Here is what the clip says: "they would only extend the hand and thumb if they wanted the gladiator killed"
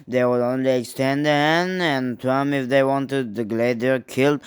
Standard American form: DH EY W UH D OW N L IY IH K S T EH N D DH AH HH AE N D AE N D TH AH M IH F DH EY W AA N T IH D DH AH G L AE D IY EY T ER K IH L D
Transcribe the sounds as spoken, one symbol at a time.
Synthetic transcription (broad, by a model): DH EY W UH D OW N L IY IH K S T EH N D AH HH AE N AE N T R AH M IH F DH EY W AA N T IH D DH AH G L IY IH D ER K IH L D